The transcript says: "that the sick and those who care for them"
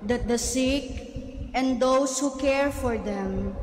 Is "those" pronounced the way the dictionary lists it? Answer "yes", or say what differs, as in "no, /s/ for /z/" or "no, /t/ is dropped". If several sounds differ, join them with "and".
no, /s/ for /z/